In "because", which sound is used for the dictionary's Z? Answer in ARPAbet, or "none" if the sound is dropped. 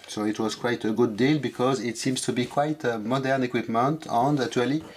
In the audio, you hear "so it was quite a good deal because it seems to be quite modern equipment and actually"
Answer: Z